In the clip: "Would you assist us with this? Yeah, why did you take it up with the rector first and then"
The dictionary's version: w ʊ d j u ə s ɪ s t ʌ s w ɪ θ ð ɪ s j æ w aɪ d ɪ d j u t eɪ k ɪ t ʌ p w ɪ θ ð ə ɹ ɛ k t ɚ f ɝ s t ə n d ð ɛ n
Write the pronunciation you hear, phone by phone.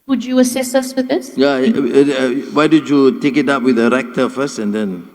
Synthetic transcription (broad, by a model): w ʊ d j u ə s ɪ s ʌ s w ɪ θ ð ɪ s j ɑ w aɪ d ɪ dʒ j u t eɪ k ɪ t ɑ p w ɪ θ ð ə ɹ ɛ k t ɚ f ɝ s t ə n d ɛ n